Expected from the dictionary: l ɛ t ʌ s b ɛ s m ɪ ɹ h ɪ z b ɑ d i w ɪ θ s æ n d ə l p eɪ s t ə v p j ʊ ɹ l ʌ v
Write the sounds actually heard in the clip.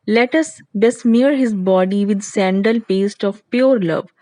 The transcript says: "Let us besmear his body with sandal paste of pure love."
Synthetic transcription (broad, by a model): l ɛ t ʌ s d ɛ s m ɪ ɹ h ɪ z b ɑ d i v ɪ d s æ n d ə l p eɪ s t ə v p j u ɹ l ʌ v